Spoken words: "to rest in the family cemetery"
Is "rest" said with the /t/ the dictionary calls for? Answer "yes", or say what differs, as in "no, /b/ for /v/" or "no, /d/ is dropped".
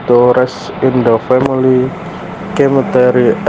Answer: no, /t/ is dropped